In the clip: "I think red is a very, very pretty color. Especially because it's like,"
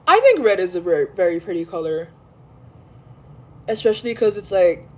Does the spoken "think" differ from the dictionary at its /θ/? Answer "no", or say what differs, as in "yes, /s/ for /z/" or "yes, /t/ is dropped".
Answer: no